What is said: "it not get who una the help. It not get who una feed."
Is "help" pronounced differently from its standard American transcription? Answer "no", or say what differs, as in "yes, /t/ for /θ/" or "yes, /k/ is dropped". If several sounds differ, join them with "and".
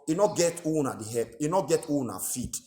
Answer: yes, /l/ is dropped